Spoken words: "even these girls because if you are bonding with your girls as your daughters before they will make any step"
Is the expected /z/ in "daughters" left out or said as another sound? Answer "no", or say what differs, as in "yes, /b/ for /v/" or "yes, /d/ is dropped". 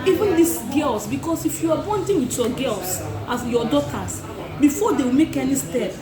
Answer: yes, /s/ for /z/